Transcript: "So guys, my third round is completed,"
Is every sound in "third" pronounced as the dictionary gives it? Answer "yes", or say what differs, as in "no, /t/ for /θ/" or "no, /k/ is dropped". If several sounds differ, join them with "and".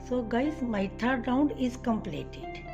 no, /t/ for /θ/